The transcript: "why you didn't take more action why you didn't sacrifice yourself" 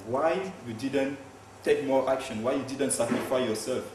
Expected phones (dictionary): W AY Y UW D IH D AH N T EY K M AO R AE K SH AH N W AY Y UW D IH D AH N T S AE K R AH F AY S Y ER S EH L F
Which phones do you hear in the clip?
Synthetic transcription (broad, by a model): W AY Y UW D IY D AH N T EY K M AO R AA K SH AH N W AY Y UW D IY D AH N T S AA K AH F AY Y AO S EH L F